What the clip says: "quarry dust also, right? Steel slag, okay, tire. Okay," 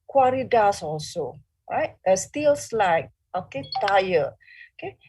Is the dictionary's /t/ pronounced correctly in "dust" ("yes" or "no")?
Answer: no